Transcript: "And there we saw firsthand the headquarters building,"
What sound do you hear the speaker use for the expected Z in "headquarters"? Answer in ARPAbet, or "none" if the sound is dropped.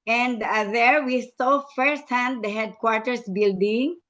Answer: S